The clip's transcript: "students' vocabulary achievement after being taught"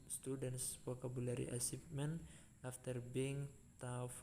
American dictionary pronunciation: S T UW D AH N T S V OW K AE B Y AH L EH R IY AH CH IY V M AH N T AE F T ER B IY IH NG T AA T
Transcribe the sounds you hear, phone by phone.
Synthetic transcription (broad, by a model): S T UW D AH N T S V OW K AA B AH L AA R IY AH S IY F M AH N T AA F T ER B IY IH NG T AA